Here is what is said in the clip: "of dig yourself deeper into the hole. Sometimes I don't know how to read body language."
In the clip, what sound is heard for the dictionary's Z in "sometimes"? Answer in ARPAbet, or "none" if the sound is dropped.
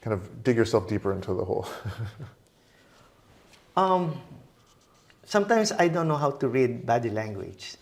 S